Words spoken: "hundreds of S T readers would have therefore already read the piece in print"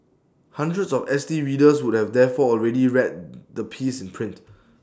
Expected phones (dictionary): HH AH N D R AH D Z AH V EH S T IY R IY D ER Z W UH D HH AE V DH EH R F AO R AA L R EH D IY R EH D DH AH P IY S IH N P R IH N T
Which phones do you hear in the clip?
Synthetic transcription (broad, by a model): HH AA N D R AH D S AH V EH S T IY R IY D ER S W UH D HH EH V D EH F AO AA L R EH D IY R EH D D AH P IY S IH N P R IH N T